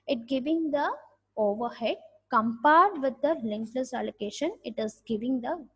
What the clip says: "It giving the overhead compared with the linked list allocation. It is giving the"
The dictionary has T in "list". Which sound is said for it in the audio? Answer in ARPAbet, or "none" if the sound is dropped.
none